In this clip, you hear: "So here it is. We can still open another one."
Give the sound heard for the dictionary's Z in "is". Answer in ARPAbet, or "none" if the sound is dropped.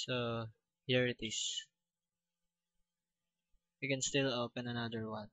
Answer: S